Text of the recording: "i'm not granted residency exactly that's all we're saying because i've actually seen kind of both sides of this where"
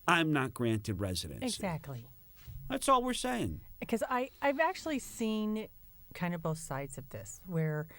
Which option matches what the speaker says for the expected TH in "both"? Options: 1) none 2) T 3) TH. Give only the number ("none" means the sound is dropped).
3